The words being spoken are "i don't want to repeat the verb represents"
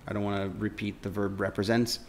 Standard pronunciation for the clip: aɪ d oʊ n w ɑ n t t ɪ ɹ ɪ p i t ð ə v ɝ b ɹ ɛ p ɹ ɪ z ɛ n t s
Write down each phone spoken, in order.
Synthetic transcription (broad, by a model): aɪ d oʊ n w ɑ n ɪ ɹ ɪ p i t ð ə v ɝ b ɹ ɛ p ɹ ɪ z ɛ n t s